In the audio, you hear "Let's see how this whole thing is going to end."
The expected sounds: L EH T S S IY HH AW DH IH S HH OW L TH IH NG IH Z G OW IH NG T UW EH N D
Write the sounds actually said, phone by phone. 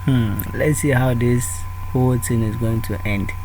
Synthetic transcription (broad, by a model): L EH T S S IY HH AW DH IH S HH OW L T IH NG IH Z G OW IH NG T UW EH N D